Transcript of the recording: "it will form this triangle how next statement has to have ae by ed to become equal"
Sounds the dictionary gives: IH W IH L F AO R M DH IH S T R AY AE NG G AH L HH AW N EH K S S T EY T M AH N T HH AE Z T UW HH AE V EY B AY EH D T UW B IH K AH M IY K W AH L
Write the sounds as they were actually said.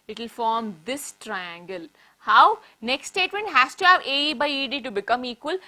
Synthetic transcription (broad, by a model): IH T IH L F AO R M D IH S T R AY AE NG G AH L HH AW N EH K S S T EY T M AH N T HH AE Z T UW HH AE V EY B AY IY D T UW B IH K AH M IY K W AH L